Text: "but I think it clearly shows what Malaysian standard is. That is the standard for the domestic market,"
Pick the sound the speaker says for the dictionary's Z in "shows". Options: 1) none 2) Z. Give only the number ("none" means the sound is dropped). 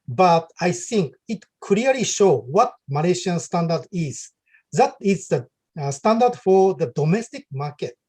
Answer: 1